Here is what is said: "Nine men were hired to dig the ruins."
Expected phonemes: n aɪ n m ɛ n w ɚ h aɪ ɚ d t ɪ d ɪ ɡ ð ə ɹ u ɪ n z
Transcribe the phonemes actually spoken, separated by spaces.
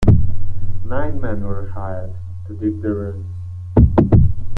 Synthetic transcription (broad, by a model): n aɪ n m ɛ n w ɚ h aɪ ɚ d t ɪ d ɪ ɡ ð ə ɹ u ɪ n